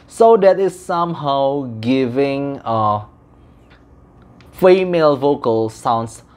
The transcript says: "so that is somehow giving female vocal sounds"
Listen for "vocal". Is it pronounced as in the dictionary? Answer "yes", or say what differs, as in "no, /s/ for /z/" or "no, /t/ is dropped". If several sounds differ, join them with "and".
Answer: yes